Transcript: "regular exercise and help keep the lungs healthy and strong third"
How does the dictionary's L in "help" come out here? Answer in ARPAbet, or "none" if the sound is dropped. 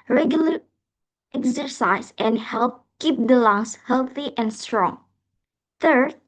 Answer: L